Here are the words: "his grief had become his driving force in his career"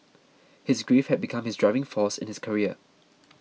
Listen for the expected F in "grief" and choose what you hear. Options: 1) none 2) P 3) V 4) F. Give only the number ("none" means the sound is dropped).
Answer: 4